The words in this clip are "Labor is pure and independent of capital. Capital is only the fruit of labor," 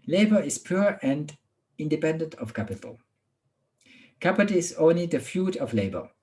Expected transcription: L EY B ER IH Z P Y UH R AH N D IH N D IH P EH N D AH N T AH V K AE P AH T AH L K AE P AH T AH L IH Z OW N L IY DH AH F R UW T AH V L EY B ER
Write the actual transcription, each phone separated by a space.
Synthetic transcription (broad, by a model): L EY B ER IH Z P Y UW R AH N D IH N D IH P EH N D AH N T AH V K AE P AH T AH L K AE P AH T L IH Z OW N L IY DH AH F L UW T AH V L EY B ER